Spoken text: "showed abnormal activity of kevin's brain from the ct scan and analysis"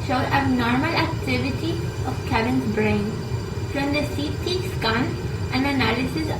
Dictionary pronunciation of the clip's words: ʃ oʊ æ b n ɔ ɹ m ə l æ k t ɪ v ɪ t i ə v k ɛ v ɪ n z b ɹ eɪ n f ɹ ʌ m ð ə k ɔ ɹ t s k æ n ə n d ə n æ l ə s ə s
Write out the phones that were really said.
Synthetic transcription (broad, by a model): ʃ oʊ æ n ɔ ɹ m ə l æ k t ɪ v ɪ t i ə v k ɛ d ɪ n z b ɹ eɪ n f ɹ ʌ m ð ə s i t s k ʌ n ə n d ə n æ l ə s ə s